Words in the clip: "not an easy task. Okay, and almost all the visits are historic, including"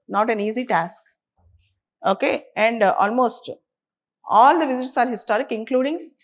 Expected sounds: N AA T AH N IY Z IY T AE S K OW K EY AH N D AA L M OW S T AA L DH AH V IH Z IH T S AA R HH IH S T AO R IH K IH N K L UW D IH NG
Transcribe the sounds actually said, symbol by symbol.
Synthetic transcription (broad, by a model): N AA T AH N IY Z IY T AE S K OW K EY AH N D AA L M OW S T AA L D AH V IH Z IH T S AA R HH IH S T AO R IH K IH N K L UW D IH NG